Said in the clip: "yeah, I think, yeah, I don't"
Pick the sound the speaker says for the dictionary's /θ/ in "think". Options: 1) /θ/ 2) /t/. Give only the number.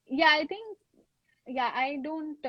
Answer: 2